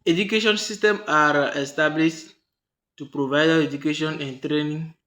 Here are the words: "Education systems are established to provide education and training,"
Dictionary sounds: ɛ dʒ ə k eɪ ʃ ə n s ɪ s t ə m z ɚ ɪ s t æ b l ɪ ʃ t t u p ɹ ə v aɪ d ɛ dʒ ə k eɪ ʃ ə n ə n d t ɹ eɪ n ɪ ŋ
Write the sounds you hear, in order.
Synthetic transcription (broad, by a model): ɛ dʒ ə k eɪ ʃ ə n s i s t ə m ɑ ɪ s t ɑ b l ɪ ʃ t t u p ɹ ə v aɪ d ɛ dʒ ə k eɪ ʃ ə n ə n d t ɹ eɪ n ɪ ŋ